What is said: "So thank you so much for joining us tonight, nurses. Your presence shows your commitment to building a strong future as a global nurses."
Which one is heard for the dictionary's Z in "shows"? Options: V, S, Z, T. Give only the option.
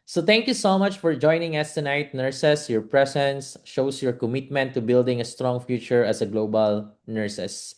S